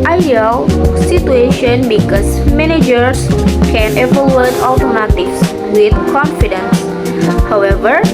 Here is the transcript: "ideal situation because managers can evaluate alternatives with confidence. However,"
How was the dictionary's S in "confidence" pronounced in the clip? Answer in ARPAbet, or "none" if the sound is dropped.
S